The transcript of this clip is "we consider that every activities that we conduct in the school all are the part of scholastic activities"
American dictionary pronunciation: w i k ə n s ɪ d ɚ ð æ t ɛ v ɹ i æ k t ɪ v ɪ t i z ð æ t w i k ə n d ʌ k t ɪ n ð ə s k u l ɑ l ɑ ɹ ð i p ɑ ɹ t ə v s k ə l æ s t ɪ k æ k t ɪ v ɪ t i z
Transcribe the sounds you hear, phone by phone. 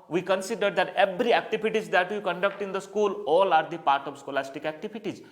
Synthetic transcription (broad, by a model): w i k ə n s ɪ d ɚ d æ t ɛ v ɹ i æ k t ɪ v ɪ t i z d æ t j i k ə n d ʌ k t ɪ n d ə s k u l ɑ l ɑ ɹ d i p ɑ ɹ t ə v s k ə l æ s t ɪ k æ k t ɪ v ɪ t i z